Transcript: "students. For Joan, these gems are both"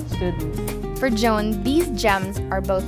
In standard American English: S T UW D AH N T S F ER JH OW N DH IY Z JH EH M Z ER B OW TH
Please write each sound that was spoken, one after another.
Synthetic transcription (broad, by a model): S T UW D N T F ER JH OW N DH IY Z JH EH M Z ER B OW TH